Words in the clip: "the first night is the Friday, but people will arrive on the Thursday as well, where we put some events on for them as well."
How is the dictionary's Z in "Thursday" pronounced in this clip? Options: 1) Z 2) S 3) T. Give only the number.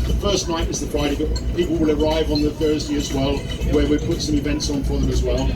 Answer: 1